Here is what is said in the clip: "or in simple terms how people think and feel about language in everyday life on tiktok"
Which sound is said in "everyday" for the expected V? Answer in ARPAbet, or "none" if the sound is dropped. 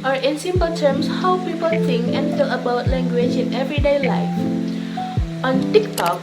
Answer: V